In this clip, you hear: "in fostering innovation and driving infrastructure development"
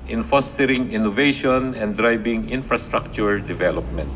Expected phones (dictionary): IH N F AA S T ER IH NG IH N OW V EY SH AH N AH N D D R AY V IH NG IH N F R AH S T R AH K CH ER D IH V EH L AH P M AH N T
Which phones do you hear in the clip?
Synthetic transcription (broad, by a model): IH N F AA S T ER IH NG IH N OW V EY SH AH N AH N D D R AY B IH NG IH N F R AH S T R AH K CH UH D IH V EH L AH P M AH N T